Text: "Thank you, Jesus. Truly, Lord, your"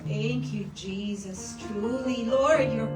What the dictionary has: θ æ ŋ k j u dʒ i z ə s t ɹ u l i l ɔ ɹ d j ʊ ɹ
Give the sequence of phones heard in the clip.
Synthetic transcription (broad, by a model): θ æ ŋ k j u dʒ i z ə s t ɹ u l i l ɔ ɹ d j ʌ ɹ